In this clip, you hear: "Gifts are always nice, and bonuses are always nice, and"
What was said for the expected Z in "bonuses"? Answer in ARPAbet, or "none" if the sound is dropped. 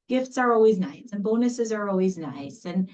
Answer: Z